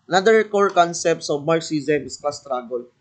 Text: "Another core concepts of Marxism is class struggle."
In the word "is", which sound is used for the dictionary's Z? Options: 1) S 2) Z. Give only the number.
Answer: 1